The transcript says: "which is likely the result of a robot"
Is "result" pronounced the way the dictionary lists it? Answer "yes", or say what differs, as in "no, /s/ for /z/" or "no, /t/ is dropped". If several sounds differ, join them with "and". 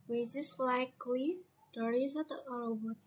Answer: no, /l/ is dropped